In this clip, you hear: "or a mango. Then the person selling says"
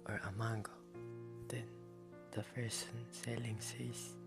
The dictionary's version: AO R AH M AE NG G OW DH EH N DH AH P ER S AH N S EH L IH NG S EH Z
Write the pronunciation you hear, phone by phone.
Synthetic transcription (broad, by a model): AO R AH M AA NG G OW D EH N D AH F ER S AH N S EH L IH NG S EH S